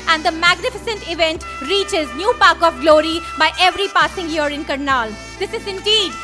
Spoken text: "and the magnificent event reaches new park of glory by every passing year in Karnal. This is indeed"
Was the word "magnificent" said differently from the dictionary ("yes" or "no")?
no